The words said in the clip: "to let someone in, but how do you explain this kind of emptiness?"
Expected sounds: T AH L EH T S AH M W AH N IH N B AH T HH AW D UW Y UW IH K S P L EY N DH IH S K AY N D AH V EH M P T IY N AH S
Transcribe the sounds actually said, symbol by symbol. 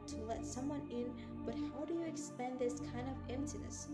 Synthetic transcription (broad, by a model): T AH L EH T S AH M W AH N IH N B AH T HH AW D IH Y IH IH K S P EY N DH IH S K AY N D AH V EH M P T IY N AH S